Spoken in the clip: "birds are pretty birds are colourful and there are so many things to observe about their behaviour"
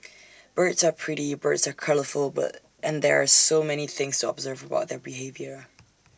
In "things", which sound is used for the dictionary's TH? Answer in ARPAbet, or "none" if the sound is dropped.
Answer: TH